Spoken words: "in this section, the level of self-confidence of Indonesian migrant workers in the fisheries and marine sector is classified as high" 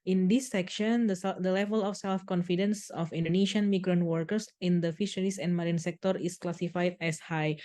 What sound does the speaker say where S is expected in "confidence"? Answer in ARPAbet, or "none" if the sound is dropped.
S